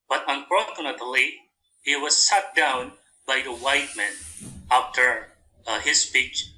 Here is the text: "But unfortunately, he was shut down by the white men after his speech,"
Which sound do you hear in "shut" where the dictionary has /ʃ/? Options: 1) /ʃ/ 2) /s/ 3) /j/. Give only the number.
2